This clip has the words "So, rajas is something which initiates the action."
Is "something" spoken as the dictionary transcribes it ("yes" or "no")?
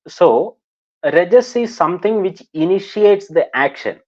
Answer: no